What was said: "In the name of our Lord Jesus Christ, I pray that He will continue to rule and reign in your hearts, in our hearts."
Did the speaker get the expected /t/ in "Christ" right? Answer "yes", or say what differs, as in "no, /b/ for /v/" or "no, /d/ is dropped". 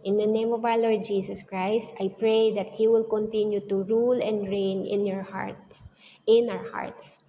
yes